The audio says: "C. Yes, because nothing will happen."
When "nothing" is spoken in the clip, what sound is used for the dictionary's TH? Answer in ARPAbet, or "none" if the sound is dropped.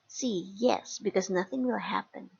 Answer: TH